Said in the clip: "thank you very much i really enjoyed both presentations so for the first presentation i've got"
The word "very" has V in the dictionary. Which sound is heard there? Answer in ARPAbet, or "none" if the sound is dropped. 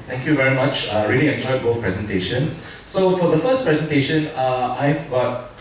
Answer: V